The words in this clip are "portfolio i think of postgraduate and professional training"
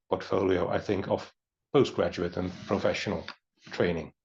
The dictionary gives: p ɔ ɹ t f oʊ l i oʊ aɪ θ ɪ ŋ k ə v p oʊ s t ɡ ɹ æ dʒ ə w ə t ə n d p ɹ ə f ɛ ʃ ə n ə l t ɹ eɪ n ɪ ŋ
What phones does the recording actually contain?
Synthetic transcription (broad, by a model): p ɔ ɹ t f oʊ l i oʊ aɪ θ ɪ ŋ k ə v b oʊ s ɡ ɹ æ dʒ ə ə t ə n p ɹ ə f ɛ ʃ ə n ə l t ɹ eɪ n ɪ ŋ